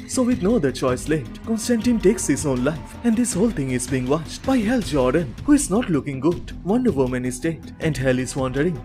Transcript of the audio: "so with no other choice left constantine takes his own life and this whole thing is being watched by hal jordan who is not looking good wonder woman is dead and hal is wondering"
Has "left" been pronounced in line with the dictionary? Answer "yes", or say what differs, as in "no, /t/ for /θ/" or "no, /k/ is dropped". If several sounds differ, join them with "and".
no, /f/ is dropped